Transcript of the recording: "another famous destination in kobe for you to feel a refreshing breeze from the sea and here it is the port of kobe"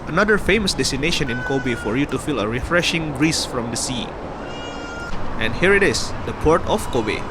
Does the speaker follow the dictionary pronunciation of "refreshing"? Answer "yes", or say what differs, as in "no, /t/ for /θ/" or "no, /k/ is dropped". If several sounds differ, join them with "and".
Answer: yes